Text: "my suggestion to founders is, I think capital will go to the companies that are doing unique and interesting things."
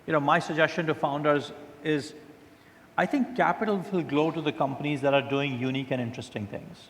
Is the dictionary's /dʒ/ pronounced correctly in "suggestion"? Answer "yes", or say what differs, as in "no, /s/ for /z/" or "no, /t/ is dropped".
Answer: yes